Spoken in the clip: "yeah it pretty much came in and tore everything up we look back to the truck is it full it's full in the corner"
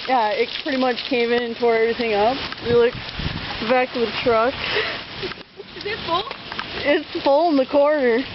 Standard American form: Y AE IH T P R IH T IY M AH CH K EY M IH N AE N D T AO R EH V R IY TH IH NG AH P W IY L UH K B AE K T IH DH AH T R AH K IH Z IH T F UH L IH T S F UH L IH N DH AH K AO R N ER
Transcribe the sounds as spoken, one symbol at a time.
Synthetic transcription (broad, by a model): Y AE IH T P R IH T IY M AH CH K EY M IH N N T AO R EH V R IY TH IH NG AH P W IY L UH K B AE K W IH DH T R AH K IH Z IH T F UH L IH T S F UH L IH N DH AH K AO R N ER